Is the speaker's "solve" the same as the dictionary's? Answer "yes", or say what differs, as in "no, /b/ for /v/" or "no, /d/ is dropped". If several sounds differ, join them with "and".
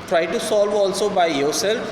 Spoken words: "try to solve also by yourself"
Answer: yes